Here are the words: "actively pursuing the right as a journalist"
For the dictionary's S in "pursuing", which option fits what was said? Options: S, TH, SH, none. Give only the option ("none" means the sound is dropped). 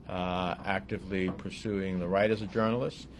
S